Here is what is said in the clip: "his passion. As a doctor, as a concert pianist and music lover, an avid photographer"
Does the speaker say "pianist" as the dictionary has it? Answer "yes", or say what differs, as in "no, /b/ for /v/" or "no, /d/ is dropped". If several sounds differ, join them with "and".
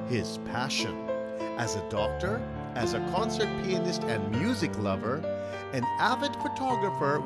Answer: yes